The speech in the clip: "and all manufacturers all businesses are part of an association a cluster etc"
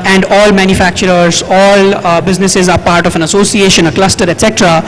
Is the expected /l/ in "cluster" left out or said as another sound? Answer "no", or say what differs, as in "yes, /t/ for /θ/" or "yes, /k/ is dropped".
no